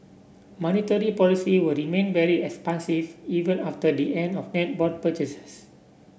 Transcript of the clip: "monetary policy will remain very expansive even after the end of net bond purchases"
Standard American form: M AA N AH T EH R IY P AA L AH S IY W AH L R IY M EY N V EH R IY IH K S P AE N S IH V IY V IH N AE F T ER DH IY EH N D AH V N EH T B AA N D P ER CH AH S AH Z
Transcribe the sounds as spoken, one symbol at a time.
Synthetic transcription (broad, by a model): M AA N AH T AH R IY P AA L AH S IY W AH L R IY M EY N V EH R IY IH K S P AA N S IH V IY V IH N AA F T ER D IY EH N D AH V N EH T B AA D P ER CH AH S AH S